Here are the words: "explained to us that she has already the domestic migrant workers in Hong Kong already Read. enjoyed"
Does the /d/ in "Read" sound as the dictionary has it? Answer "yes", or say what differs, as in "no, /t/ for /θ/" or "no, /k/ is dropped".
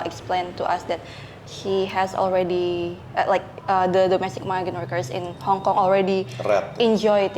no, /d/ is dropped